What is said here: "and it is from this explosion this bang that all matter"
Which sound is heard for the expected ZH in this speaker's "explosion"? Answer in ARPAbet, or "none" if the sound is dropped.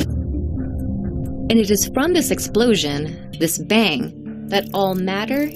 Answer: ZH